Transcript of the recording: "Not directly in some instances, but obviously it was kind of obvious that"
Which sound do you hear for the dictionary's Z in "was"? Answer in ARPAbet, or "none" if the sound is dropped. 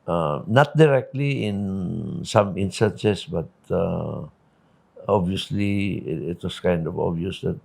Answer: S